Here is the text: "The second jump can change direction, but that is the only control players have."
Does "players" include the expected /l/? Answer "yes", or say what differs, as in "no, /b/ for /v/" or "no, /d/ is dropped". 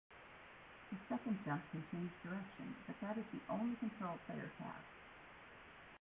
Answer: no, /l/ is dropped